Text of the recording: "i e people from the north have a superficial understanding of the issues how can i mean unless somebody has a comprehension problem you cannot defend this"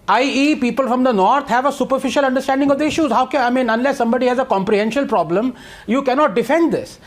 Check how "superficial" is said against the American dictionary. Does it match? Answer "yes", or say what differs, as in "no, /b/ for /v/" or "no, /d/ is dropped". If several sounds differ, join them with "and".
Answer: yes